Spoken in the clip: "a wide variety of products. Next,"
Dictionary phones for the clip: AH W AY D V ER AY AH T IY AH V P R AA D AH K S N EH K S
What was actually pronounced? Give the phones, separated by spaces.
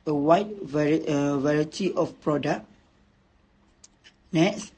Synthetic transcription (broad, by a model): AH W AY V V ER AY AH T IY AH F P R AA D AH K N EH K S